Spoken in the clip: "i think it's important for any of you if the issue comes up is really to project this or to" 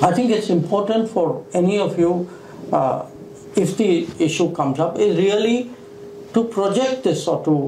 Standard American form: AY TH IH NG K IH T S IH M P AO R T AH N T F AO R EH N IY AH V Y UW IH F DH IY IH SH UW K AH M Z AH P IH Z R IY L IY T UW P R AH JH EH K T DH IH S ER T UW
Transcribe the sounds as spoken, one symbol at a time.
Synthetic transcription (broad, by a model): AY T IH NG K IH T S IH M P AO R T AH N T F AO R EH N IY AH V Y UW IH F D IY IH SH UW K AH M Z AH P IH Z R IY L IY T UW P R AH JH EH K T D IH S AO T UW